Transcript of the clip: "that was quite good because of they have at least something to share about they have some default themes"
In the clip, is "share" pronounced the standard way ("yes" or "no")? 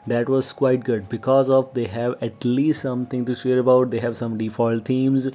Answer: yes